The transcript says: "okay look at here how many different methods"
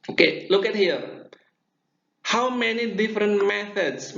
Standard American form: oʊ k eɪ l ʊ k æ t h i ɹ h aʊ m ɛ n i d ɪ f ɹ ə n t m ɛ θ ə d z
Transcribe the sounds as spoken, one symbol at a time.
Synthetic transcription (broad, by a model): oʊ k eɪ l ʊ k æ t h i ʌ h aʊ m ɛ n i d ɪ f ɹ ə n t m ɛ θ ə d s